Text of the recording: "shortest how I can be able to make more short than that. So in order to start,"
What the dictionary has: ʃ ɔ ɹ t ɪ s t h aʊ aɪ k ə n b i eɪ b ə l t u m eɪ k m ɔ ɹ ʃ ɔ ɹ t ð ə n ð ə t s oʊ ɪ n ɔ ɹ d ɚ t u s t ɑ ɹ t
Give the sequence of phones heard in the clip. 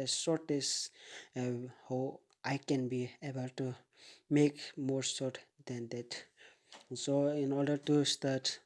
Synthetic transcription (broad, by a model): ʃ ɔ ɹ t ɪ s h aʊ aɪ k ə n b i eɪ b ə l t u m eɪ k m ɔ ɹ s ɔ ɹ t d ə n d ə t s oʊ ɪ n ɔ ɹ d ɚ t u s t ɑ ɹ t